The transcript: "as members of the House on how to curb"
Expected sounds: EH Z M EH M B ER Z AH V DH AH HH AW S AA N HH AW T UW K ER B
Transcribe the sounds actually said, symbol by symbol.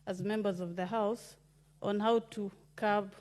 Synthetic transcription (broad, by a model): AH Z M EH M B ER Z AH V DH AH HH AW S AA N HH AW T UW K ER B